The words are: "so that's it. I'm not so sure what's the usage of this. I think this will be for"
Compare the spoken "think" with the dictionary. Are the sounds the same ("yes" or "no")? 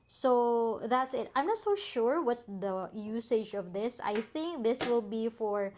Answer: yes